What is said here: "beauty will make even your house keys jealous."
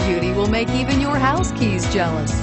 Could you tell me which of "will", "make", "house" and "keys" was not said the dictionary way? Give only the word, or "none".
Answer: none